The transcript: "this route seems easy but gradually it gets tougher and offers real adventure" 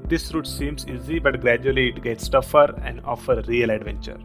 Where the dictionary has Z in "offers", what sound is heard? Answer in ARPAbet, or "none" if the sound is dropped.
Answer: none